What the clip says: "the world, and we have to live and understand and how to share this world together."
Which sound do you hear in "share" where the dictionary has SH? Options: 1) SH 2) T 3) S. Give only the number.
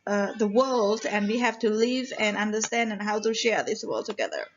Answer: 1